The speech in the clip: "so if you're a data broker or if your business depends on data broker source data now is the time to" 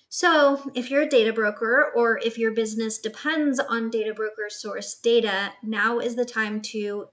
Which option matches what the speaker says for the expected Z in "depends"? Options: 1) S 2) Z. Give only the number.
2